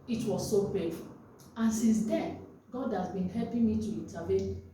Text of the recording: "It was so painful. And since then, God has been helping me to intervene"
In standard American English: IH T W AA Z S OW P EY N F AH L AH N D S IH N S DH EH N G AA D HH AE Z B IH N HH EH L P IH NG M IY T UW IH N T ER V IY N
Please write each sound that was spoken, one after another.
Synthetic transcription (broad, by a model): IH T W AA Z S OW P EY F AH L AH N S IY N S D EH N G AA D HH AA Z B IH N HH EH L P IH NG M IY T UW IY N T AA V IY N